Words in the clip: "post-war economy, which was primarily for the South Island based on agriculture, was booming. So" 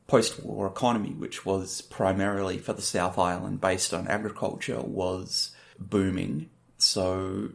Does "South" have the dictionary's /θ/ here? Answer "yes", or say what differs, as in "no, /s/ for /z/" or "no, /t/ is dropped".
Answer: yes